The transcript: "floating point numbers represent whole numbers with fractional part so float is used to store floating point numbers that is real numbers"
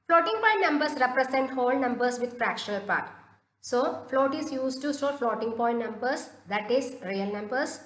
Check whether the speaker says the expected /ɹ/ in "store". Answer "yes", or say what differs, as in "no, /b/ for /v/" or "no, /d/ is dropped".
no, /l/ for /ɹ/